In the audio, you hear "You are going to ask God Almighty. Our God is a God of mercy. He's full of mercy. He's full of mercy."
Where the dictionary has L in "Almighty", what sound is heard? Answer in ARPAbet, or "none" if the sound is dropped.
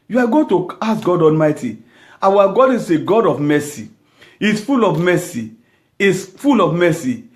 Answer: L